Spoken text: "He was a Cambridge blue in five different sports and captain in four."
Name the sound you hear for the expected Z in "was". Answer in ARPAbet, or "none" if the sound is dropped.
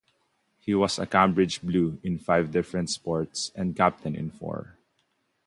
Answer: S